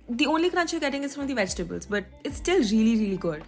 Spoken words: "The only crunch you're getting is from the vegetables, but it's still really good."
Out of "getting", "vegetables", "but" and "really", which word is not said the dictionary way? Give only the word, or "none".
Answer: none